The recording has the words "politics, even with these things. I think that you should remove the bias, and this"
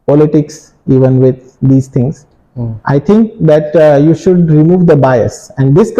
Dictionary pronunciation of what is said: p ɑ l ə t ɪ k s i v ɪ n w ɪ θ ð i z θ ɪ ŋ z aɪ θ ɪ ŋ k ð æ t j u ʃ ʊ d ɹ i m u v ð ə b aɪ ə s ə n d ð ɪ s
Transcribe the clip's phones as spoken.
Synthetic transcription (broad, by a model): p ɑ l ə t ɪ k s i v ɪ n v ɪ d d i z t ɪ ŋ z aɪ t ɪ ŋ k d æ t j u ʃ ʊ d ɹ i m u v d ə b aɪ ə s ə n d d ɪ s